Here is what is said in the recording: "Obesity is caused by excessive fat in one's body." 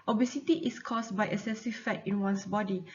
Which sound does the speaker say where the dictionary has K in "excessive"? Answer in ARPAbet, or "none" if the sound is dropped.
none